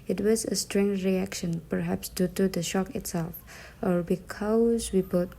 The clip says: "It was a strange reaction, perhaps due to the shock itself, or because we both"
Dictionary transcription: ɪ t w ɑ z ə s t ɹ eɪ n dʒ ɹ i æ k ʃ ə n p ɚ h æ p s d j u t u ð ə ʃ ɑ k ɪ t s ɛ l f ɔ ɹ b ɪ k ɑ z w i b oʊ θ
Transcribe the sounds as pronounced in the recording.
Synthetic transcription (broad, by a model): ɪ t w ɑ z ə s t ɹ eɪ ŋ ɹ i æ k ʃ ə n p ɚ h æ p s d j u t u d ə ʃ ɑ k ɪ t s ɛ l f ɔ ɹ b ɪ k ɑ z w i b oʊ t